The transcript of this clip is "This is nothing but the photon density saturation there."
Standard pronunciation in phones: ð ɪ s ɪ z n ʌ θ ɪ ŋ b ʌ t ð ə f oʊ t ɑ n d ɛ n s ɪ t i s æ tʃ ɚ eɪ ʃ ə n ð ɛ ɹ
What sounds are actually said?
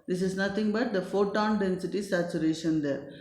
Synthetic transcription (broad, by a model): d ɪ s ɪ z n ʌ t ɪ ŋ b ʌ t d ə f oʊ t ɑ n d ɛ n s ɪ t i s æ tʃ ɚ eɪ ʃ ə n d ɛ ɹ